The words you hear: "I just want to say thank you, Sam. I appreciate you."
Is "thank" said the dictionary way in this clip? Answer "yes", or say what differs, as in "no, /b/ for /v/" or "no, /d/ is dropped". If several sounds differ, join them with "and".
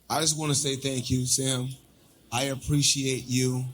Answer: yes